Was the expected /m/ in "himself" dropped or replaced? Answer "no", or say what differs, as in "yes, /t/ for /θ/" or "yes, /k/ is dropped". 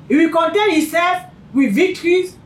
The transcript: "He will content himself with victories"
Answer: yes, /m/ is dropped